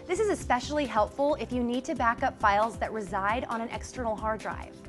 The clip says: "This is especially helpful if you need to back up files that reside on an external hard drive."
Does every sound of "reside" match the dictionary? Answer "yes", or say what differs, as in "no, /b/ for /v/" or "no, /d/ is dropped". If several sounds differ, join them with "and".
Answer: yes